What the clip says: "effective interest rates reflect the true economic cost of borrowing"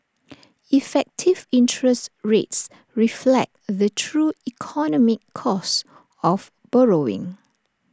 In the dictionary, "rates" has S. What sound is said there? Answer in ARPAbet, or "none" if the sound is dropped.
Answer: S